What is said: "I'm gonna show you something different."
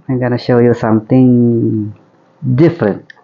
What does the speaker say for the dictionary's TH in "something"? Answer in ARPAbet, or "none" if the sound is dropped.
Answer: T